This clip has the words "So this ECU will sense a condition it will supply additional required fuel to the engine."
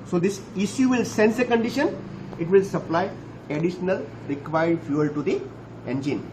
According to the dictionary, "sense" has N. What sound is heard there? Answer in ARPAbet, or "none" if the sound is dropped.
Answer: N